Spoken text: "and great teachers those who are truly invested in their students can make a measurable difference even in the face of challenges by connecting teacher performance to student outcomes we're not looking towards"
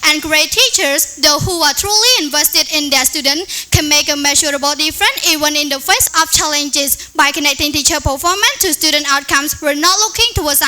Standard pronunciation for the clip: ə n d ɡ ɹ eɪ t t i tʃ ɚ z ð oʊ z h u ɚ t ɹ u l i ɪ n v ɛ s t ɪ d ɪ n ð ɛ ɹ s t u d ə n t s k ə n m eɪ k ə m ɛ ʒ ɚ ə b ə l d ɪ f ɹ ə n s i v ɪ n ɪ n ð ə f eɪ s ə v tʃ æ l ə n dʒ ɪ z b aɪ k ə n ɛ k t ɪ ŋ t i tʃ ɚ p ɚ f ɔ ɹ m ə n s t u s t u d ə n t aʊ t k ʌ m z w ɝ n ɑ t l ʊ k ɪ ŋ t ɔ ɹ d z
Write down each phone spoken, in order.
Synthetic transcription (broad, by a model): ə n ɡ ɹ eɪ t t i tʃ ɚ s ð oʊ h u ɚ t ɹ u l i ɪ n v ɛ s t ɪ d ɪ n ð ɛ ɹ s t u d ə n k ə n m eɪ k ə m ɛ ʃ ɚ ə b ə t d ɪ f ɹ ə n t i v ɪ n ɪ n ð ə f eɪ s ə f tʃ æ l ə n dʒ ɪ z b aɪ k ə n ɛ k t ɪ ŋ t i tʃ ɚ p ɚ f ɔ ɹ m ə n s t u s t u d ə n t aʊ t k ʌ m s w ɝ n ɑ t l ʊ k ɪ ŋ t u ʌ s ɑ